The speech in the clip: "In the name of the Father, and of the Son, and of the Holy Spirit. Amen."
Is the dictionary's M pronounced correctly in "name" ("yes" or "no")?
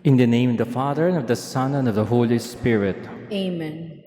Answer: no